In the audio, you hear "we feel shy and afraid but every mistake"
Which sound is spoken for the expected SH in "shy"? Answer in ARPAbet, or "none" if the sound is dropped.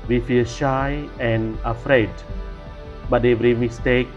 SH